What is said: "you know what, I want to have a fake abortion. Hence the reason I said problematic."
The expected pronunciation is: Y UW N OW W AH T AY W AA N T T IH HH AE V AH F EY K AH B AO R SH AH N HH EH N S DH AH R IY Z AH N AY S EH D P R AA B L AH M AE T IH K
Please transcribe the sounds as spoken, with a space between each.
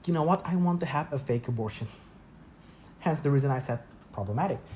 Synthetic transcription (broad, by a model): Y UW N OW W AH T AY W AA N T T IH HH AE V AH F EY K AH B AO R SH AH N HH EH N S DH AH R IY Z AH N AY S EH D P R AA B L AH M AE T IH K